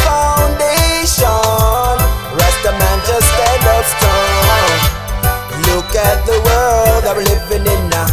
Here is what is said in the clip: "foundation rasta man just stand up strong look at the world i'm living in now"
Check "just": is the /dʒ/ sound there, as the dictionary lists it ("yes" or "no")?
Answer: no